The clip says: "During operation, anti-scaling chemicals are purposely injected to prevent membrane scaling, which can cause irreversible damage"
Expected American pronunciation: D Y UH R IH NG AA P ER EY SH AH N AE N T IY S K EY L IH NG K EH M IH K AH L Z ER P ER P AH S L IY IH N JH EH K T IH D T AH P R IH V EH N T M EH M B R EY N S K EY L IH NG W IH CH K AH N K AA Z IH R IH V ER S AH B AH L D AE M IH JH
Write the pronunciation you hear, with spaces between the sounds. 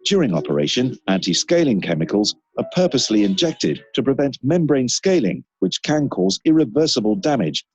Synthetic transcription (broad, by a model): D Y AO R IH NG AA P ER EY SH AH N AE N T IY S K EY L IH NG K EH M IH K AH L Z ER P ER P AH S L IY IH N JH EH K T IH D T AH P R IH V EH N T M EH M B R EY N S K EY L IH NG W IH CH K AH N K AA Z IH R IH V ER S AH B AH L D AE M IH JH